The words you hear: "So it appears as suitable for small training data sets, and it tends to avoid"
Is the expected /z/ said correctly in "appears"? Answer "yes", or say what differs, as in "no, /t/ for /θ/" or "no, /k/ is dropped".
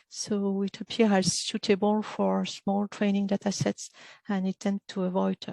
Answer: no, /z/ is dropped